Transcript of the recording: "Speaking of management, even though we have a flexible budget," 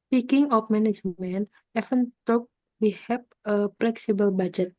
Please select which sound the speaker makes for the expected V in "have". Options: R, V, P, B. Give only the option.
P